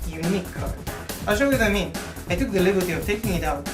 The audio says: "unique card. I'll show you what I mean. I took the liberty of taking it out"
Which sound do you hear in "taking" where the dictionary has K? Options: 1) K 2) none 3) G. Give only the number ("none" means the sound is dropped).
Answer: 1